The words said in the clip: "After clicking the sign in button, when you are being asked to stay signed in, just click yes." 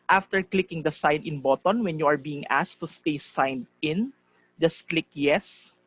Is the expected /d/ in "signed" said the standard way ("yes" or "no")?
yes